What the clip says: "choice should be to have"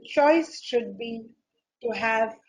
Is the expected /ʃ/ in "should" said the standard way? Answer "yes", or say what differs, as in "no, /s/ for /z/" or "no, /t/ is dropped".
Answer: yes